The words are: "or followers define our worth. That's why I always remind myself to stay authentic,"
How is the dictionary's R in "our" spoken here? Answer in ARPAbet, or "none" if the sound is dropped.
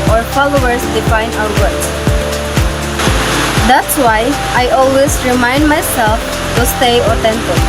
W